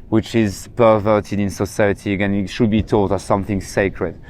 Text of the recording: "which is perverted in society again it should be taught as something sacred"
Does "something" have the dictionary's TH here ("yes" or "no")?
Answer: yes